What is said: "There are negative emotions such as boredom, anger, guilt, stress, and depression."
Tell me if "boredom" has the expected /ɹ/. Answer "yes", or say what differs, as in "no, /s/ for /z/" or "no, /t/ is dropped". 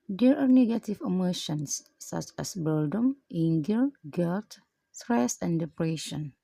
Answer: no, /l/ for /ɹ/